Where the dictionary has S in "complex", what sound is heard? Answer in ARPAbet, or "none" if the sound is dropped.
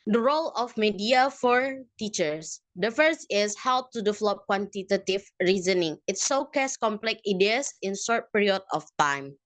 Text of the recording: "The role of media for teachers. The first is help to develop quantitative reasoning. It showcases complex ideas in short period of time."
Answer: none